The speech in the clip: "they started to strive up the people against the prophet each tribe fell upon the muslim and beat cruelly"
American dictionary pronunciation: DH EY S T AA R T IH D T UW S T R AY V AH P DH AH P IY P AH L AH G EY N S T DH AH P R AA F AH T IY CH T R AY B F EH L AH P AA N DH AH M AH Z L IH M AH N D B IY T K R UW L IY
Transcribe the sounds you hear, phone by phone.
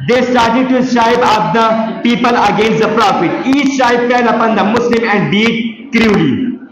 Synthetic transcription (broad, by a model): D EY S T AA R T IH D T UW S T AY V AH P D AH P IY P AH L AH G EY N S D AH P R AA F AH T IY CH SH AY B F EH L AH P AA N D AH M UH S L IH M AH N D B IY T K R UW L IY